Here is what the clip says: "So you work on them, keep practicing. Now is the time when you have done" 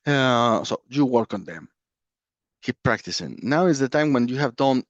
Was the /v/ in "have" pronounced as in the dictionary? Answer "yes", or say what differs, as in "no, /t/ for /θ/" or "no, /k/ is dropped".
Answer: yes